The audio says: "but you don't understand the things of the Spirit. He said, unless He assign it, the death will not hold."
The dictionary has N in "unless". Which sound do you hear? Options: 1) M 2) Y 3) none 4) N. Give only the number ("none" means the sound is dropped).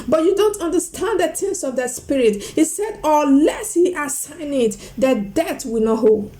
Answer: 3